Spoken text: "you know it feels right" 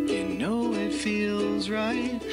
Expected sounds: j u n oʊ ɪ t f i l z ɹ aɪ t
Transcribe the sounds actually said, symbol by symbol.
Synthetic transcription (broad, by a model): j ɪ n oʊ ɪ t f i l z ɹ aɪ t